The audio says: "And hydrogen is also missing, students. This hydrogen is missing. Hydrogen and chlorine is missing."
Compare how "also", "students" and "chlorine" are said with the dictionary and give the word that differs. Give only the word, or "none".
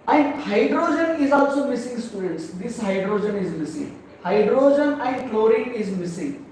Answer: chlorine